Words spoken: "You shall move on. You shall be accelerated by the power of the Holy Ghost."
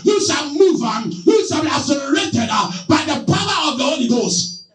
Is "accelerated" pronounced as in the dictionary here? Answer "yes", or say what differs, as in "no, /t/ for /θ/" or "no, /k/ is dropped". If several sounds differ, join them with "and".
no, /k/ is dropped